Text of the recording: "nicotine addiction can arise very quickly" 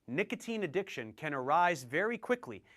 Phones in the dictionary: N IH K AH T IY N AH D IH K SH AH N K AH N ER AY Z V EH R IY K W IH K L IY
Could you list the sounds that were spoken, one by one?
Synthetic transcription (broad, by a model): N IH K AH T IY N AH D IH K SH AH N K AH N ER AY Z V EH R IY K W IH K L IY